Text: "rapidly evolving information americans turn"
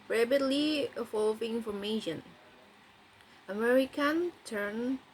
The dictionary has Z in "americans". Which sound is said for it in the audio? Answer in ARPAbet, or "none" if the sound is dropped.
none